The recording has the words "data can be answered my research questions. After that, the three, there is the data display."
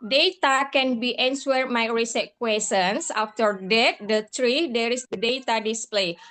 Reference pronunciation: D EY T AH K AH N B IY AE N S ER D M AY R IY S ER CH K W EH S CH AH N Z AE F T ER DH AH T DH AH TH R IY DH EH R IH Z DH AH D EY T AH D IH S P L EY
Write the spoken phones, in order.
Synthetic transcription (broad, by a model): D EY T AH K AH N B IY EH N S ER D M AY R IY S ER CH K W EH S AH N S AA F T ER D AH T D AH T R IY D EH R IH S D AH D EY T AH D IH S P L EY